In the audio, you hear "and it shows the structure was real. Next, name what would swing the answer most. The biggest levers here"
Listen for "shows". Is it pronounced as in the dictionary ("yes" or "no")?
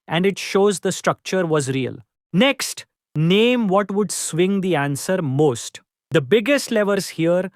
yes